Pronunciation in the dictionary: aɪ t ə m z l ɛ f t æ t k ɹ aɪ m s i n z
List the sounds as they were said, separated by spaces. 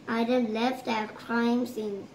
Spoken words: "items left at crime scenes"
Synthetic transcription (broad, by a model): aɪ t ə l ɛ f t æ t k ɹ aɪ m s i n